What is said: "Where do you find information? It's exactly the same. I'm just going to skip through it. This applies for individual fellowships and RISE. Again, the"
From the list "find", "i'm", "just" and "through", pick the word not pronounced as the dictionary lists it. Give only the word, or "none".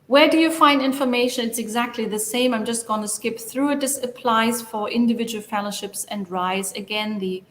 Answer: none